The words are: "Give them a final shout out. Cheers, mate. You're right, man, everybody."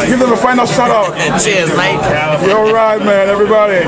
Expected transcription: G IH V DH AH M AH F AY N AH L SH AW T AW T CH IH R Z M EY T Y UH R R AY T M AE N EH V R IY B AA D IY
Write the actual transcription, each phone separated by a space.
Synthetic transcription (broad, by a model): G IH V DH AH M AH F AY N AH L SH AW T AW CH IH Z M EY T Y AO L R AY T M AE N EH V R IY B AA D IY